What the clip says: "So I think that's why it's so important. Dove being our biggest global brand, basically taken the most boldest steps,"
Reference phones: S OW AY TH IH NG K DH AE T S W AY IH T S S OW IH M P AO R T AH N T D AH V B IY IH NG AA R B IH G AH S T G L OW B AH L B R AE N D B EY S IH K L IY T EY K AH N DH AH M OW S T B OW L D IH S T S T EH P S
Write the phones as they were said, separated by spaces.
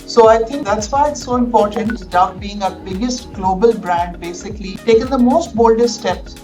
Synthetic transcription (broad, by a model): S OW AY T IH NG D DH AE T S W AY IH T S S OW IH M P AO R T AH N T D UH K B IY IH NG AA B IH G AH S T G L OW B AH L B R AE N D B EY S IH K L IY T EY K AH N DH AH M OW S T B OW L D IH T S T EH P S